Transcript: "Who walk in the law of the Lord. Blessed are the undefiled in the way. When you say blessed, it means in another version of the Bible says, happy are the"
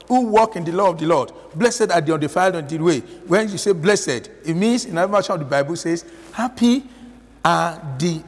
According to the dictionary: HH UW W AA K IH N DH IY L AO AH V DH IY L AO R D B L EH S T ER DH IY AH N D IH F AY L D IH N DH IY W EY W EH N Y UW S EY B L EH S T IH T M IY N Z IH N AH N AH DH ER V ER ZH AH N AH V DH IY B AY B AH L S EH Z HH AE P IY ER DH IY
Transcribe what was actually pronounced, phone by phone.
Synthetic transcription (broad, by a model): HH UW W AA K IH N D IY L AO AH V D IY L AO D B L EH S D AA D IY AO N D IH F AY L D IH N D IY W EY W EH N Y UW S EY B L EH S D IH T M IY N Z IH N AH AH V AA SH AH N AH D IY B AY B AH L S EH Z HH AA P IY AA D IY